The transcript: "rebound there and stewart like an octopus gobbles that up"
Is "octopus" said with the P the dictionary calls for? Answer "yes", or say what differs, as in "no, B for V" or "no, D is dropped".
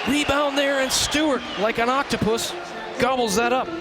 yes